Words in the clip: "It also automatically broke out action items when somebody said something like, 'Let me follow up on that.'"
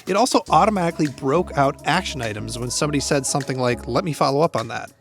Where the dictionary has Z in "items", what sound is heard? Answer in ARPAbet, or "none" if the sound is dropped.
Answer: Z